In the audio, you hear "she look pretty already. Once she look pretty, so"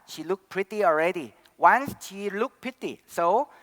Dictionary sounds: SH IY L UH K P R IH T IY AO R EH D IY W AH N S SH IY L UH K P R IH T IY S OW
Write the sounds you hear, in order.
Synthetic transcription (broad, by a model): SH IY L UH K P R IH T IY AO R EH D IY W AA N S SH IY L UH K P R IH T IY S OW